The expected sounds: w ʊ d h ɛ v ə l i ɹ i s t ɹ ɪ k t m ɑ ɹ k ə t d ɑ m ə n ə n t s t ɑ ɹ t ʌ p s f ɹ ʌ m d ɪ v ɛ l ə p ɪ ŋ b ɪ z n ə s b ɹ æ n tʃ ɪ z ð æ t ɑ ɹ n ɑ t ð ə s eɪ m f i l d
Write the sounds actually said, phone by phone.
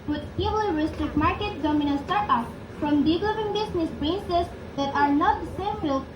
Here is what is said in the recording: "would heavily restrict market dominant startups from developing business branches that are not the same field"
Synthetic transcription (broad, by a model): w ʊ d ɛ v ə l ɹ i s t ɹ ɪ k t m ɑ ɹ k ə t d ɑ m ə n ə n s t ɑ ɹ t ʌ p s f ɹ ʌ m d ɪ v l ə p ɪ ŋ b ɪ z n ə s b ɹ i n s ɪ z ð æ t ɑ ɹ n ɑ t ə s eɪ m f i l